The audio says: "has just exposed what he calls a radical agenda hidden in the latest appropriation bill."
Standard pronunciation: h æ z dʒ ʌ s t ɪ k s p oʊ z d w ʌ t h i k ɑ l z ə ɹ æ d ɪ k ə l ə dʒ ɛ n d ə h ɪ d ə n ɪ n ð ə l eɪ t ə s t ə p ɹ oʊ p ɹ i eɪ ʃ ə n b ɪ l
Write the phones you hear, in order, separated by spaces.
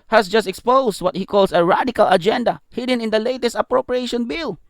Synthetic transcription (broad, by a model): h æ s dʒ ʌ s t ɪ k s p oʊ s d w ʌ t h i k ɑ l s ə ɹ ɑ d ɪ k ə l ə dʒ ɛ n d ə h ɪ d ə n ɪ n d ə l eɪ t ə s t ə p ɹ oʊ p ɹ i eɪ ʃ ə n b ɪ l